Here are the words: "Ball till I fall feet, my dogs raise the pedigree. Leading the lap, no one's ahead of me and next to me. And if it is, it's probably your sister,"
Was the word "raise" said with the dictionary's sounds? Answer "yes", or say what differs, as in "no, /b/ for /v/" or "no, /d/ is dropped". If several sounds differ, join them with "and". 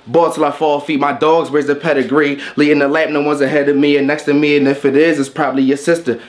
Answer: no, /w/ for /ɹ/